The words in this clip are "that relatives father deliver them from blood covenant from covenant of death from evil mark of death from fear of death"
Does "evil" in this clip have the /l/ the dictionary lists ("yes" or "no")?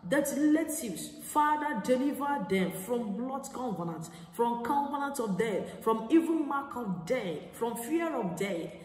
no